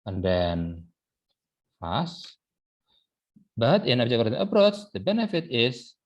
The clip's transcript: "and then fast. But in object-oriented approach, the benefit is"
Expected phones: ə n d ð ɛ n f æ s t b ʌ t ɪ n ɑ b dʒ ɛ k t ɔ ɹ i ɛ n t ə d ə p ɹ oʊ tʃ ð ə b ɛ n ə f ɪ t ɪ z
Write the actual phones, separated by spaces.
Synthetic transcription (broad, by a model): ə n d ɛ n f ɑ s b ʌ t ɪ n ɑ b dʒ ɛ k ɔ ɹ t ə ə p ɹ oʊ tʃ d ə b ɛ n ə f ɪ t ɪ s